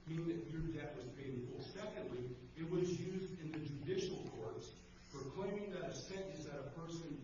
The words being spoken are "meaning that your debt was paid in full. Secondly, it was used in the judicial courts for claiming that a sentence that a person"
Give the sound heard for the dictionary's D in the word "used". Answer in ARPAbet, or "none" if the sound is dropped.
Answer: D